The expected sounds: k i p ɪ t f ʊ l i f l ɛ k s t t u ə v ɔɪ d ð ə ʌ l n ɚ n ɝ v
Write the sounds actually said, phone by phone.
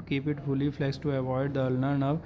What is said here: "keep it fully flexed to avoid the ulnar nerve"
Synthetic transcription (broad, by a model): k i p ɪ t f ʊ l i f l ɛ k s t t u ə v ɔɪ d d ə ʌ l n ɚ n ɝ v